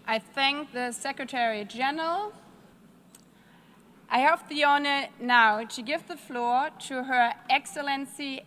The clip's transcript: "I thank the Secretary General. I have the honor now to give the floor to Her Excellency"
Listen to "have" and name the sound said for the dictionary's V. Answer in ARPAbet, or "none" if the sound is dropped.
P